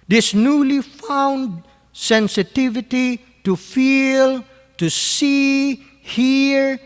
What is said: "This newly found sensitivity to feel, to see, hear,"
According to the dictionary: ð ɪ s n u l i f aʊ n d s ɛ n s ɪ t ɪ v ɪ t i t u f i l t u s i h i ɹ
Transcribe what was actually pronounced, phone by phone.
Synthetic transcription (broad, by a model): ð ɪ s n u l i f aʊ n d s ɛ n s ɪ t ɪ v ɪ t i t u f i l t u s i h i ɹ